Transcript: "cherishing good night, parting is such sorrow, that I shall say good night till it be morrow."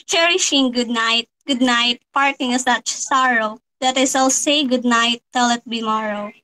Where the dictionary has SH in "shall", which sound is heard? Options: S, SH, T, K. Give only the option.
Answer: S